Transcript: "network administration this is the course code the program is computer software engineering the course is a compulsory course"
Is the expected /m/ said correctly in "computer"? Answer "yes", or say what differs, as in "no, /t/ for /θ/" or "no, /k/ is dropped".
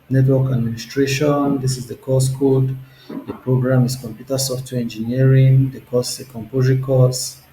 yes